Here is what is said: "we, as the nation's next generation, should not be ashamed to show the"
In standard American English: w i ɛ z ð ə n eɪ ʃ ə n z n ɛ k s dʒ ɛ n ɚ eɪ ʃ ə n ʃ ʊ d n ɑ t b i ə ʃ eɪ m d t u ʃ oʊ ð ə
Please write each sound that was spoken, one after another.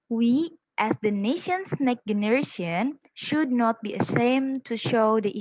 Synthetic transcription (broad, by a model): w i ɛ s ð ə n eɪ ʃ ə n s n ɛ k dʒ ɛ n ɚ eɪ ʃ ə n ʃ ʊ d n ɑ t b i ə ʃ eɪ m t u ʃ oʊ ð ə